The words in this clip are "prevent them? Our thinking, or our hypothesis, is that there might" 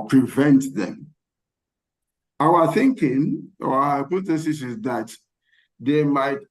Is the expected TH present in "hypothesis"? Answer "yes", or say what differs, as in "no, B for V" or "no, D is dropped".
no, S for TH